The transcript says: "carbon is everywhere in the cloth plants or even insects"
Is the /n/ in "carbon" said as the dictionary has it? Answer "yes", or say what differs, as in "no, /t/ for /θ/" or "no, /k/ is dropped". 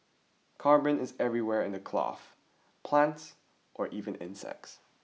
yes